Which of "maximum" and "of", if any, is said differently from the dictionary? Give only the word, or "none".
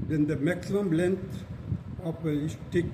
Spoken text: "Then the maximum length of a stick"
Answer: of